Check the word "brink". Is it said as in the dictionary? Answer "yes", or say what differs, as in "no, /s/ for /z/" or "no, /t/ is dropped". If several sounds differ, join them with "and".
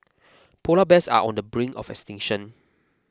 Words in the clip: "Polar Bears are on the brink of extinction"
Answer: no, /k/ is dropped